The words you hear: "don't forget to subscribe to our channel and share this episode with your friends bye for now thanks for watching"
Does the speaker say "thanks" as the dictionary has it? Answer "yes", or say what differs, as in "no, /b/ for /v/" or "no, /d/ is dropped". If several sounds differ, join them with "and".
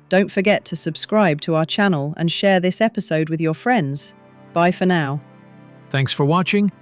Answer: yes